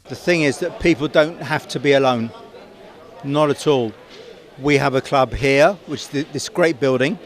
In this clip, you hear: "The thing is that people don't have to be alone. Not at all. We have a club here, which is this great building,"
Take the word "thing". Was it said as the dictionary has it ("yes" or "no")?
yes